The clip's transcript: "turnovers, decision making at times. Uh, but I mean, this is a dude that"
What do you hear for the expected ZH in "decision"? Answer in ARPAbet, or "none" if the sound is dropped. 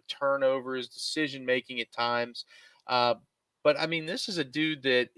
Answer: ZH